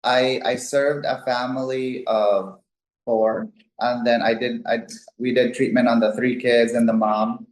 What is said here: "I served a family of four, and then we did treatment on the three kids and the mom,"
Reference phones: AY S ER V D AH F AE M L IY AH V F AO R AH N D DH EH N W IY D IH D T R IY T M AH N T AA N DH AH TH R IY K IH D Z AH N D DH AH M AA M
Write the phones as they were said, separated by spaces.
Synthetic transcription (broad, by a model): AY S ER V D AH F AE M L IY AH V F AO R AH N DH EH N W IY D IH D T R IY T M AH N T N DH AH TH R IY K IH D Z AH N DH AH M AA M